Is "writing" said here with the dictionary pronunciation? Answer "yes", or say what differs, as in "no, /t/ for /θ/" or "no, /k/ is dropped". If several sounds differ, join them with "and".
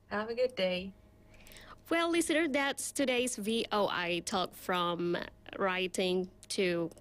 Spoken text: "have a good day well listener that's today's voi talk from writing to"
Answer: yes